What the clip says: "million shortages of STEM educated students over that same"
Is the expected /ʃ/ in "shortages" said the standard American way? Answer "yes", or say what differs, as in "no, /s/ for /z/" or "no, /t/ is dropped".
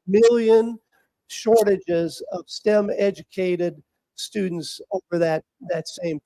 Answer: yes